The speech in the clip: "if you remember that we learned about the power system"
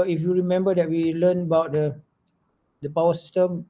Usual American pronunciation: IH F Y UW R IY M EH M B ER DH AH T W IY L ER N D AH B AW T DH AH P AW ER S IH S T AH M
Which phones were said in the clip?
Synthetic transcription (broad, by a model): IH F Y UW R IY M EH M B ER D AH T W IY L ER N AH B AW T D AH P AW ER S S T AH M